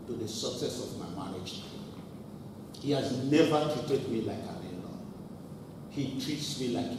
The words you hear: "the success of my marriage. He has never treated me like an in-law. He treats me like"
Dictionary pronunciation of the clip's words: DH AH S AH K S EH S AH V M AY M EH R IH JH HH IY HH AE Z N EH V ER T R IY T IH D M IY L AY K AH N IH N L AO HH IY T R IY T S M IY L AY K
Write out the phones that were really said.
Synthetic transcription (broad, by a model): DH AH S AH K S EH S AH V M AY M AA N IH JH HH IY HH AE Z N EH V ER T R IY T IH D M IY L AY K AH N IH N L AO HH IY T R IY T S M IY L AY K